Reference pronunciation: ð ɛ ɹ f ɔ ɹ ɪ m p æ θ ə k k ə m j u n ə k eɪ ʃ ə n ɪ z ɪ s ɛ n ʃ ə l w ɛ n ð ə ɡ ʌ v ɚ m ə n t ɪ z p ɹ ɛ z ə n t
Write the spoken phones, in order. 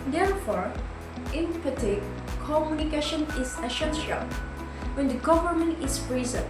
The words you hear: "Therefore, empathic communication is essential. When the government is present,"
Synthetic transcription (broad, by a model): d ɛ ɹ f ɔ ɹ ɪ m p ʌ t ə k k ə m j u n ə k eɪ ʃ ə n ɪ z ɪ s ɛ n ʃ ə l w ɛ n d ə ɡ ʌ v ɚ m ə n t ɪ s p ɹ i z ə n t